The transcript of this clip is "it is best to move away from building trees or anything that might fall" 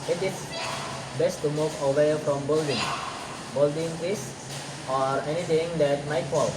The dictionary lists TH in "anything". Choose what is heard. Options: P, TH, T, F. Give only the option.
T